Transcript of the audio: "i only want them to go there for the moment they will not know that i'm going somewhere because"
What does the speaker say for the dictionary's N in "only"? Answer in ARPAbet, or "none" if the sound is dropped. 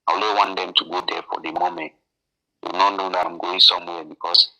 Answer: none